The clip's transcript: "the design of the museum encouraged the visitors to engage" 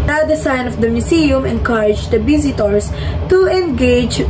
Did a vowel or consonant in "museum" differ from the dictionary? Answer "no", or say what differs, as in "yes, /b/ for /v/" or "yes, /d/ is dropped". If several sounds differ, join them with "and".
yes, /s/ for /z/